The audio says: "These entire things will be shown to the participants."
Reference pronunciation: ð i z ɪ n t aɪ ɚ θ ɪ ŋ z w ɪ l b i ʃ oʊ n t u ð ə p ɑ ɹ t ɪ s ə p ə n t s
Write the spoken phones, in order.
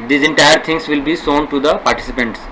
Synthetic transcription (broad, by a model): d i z ɪ n t aɪ ɚ t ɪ ŋ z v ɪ l b i s oʊ n t u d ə p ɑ ɹ t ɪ s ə p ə n t s